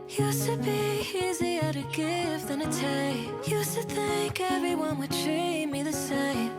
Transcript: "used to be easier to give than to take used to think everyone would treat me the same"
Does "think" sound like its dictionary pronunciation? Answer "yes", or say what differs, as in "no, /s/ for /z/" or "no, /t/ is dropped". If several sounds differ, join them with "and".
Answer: yes